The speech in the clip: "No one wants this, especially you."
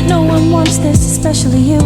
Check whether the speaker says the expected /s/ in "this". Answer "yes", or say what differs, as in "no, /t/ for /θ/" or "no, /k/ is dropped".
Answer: yes